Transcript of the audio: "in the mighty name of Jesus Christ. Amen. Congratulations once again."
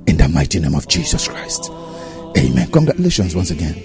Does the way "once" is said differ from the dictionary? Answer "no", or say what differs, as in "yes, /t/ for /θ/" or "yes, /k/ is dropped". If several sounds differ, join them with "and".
no